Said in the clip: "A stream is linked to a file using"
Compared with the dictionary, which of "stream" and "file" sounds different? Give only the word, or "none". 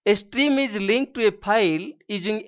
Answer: file